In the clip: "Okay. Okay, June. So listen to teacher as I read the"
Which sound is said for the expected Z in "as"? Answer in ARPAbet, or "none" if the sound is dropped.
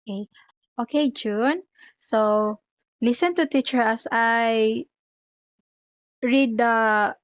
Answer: S